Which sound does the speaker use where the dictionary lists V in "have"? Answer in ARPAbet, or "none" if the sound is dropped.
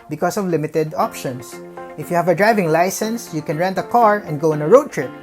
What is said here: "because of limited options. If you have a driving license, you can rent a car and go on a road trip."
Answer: V